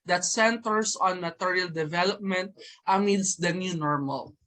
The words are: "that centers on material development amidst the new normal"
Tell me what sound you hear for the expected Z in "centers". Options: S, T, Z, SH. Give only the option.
S